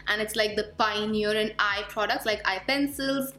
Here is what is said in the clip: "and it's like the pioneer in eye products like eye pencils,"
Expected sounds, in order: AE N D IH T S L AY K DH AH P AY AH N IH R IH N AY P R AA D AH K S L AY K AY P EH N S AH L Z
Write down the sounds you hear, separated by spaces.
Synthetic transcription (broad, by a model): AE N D IH T S L AY K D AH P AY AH N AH R IH N AY P R AA D AH K S L AY K AY P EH N S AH L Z